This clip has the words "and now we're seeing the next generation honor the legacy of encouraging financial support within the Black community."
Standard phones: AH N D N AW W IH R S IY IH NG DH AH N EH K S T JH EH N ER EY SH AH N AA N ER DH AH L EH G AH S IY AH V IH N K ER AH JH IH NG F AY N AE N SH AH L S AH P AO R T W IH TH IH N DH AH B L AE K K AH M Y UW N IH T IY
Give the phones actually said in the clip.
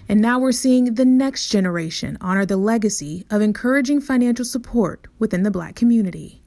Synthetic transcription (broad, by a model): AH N N AW W IH R S IY IH NG DH AH N EH K S T JH EH N ER EY SH AH N AA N ER DH AH L EH G AH S IY AH V IH N K ER AH JH IH NG F AY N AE N SH L S AH P AO R T W IH TH IH N DH AH B L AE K K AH M Y UW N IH T IY